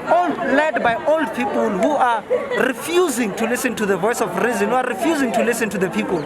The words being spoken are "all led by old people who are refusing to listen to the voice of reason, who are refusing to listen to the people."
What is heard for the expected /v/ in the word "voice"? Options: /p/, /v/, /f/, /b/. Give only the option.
/v/